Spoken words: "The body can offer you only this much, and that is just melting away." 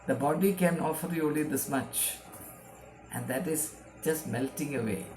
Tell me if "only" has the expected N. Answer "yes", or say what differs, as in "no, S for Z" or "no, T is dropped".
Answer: no, N is dropped